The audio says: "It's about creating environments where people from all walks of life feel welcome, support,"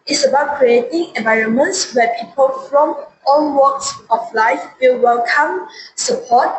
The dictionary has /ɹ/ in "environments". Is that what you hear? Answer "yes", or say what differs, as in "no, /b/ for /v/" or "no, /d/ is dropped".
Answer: yes